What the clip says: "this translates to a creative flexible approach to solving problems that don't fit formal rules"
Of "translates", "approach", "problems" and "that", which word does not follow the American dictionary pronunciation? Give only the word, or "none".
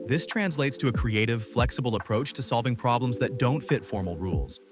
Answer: none